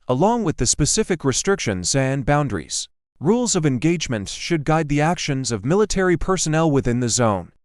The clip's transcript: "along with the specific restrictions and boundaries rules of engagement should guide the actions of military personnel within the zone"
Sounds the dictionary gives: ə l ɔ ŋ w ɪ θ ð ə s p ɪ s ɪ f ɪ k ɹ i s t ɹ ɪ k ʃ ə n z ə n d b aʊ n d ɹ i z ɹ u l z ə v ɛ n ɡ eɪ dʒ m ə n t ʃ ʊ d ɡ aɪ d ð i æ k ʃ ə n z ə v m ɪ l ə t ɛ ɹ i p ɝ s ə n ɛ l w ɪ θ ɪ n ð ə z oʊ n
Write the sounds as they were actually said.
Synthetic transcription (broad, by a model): ə l ɔ ŋ w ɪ ð ə s p ɪ s ɪ f ɪ k ɹ i s t ɹ ɪ k ʃ ə n z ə n b aʊ n d ɹ i z ɹ u l z ə v ɛ n ɡ eɪ dʒ m ə n t ʃ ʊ d ɡ aɪ d ð i æ k ʃ ə n z ə v m ɪ l ə t ɛ ɹ i p ɝ s ə n ɛ l w ɪ θ ɪ n ð ə z oʊ n